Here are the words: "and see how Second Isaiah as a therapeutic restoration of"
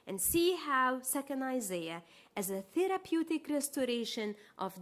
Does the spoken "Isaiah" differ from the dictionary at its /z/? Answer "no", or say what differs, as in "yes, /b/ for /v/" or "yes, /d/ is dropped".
no